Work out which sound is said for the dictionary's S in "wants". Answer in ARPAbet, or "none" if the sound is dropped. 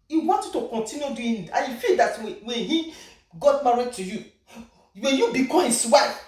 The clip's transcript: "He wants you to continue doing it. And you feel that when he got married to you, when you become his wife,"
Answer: none